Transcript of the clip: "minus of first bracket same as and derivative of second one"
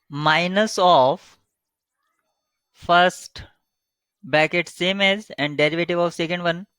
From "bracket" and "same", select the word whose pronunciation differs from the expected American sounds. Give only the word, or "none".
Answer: bracket